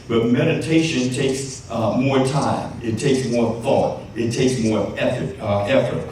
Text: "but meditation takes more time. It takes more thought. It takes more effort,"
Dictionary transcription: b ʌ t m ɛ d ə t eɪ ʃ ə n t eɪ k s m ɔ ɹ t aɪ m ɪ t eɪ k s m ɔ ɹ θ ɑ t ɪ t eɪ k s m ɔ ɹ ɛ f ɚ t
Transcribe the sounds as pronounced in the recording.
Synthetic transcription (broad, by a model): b ʌ t m ɛ d ə t eɪ ʃ ə n t eɪ k s m ɔ ɹ t aɪ m ɪ t eɪ k s m ɔ ɹ θ ɑ t ɪ t eɪ k s m ɔ ɹ ɛ f ɚ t